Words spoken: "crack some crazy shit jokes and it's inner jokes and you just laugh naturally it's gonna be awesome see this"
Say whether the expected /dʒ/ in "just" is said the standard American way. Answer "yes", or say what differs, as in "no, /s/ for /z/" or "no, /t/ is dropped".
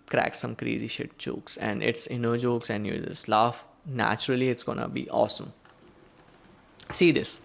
no, /z/ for /dʒ/